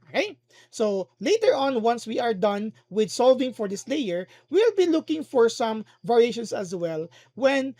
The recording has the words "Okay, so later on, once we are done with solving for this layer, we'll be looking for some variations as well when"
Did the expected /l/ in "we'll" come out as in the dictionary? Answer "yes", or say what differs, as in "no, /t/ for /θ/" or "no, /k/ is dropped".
yes